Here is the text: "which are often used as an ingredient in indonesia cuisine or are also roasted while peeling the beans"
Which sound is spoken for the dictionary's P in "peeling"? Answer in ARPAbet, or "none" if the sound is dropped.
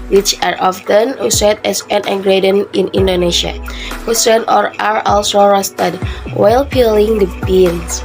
P